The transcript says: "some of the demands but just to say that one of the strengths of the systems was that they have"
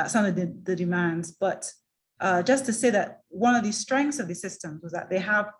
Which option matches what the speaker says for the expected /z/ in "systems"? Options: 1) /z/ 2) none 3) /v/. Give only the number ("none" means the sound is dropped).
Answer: 1